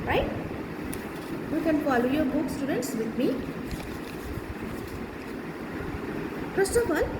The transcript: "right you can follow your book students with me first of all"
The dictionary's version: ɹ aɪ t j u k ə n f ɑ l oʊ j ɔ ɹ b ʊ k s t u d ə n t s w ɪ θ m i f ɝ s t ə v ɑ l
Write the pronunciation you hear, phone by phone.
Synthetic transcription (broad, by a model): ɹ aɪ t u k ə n p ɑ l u j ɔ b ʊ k s t u d ə n t s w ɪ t m i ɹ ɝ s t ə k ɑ l